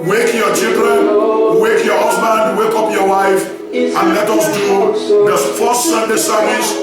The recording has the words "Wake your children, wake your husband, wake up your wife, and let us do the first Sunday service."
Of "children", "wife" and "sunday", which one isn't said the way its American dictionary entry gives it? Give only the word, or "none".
none